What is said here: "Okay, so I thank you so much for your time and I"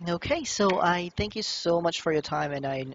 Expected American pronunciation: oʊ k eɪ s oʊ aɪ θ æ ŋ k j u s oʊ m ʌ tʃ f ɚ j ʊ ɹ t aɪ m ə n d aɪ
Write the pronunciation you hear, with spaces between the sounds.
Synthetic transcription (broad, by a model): oʊ k eɪ s oʊ aɪ θ æ ŋ k j u s oʊ m ʌ tʃ f ɚ j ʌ ɹ t aɪ m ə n aɪ